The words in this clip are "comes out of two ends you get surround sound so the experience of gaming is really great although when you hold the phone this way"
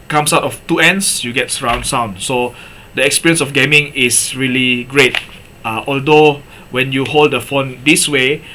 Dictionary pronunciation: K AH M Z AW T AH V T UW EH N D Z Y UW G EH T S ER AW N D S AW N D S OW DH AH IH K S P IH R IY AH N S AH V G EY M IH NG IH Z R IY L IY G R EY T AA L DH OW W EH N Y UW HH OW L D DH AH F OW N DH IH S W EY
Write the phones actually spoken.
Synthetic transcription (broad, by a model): K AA M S AW T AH F T UW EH N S Y UW G EH T S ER AW N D S AW N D S OW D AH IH K S P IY R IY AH N S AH F G EY M IH NG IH S R IY L IY G R EY T AA L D OW W EH N Y UW HH OW L D AH F OW N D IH S W EY